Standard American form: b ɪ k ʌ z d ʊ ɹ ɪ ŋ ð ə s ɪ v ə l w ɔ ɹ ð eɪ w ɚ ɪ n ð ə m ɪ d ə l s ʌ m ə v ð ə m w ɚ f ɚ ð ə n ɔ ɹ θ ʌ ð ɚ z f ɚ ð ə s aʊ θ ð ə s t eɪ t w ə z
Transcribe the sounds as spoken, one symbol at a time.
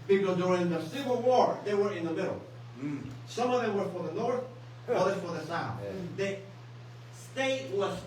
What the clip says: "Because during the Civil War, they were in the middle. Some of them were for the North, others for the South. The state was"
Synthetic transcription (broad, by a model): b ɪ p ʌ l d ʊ ɹ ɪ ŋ ð ə s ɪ v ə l w ɔ ɹ ð eɪ w ɚ ɪ n ð ə m ɪ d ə l s ʌ m ə v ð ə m w ɚ f ɚ ð ə n ɔ ɹ θ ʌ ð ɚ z f ɚ ð ə s aʊ θ ð ə s t eɪ t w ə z